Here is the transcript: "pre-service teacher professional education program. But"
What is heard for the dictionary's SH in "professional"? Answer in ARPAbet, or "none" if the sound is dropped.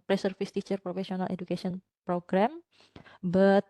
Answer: S